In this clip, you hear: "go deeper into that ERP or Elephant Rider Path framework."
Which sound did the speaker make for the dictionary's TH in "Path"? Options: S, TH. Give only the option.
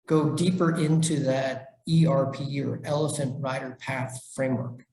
TH